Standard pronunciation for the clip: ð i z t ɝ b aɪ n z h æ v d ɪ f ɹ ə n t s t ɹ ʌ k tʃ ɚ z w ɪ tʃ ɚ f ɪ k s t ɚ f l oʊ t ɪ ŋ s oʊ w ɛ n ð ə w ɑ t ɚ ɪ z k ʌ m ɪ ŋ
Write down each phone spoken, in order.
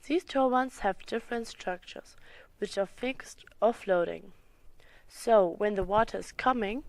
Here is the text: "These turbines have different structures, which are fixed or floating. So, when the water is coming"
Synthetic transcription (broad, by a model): ð i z t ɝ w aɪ n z h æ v d ɪ f ɹ ə n t s t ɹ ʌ k tʃ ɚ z w ɪ tʃ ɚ f ɪ k s t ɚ f l oʊ t ɪ ŋ s oʊ w ɛ n ð ə w ɑ t ɚ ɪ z k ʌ m ɪ ŋ